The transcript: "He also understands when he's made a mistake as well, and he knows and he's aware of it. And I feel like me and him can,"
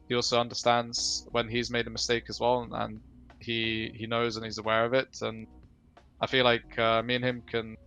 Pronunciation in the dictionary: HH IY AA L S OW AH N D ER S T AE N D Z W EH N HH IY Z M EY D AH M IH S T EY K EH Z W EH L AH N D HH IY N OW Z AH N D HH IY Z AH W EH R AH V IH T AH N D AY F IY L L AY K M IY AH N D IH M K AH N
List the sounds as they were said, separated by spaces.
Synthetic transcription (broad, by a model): HH IY AA L S OW AH N D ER S T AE N D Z W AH N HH IY Z M EY D AH M IH S T EY K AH Z W EH L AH N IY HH IY N OW Z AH N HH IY Z AH W EH R AH V IH T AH N AY F IY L L AY K M IY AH N IH M K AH N